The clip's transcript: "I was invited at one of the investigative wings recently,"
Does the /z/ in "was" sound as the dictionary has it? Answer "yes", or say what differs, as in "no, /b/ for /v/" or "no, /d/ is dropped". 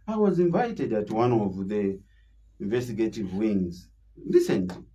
yes